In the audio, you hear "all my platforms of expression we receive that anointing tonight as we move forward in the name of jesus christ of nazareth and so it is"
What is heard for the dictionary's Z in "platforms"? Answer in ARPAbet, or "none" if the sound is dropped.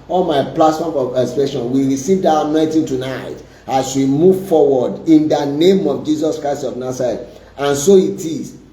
none